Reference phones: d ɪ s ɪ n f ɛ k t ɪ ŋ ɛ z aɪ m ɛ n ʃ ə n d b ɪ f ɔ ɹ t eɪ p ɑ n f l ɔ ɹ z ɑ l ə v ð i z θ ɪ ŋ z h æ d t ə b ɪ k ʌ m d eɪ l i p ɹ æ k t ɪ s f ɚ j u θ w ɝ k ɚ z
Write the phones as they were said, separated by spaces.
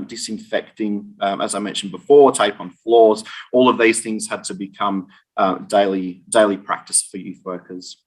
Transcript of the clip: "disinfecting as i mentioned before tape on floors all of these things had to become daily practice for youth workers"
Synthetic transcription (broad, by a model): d ɪ s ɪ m f ɛ k t ɪ ŋ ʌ z aɪ m ɛ n ʃ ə n b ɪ f ɔ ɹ t eɪ p n f l ɔ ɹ z ɑ l ə v ð i z θ ɪ ŋ z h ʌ d t ə b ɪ k ʌ m d eɪ l i p ɹ æ k t ɪ s f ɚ j u θ w ɝ k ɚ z